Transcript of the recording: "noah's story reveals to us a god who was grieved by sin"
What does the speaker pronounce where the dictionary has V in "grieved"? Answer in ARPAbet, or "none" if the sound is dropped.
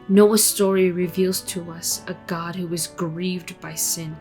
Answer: V